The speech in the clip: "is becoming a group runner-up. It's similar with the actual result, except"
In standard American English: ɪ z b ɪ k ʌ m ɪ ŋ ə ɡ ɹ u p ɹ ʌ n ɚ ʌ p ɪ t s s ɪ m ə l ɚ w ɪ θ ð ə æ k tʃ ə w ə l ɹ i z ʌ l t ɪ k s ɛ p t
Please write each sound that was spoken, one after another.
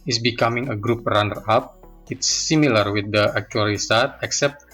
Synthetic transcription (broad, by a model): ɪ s b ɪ k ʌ m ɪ ŋ ə ɡ ɹ u p ɹ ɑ n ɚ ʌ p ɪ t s s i m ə l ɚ w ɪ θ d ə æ k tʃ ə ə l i s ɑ t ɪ k s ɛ p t